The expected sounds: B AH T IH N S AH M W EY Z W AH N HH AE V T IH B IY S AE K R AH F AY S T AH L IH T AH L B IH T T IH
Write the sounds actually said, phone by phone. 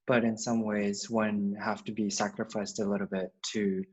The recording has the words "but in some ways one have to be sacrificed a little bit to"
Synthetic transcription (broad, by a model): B AH T IH N S AH M W EY Z W AH N HH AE F T IH B IY S AE K R AH F AY S T AH L IH T L B IH T T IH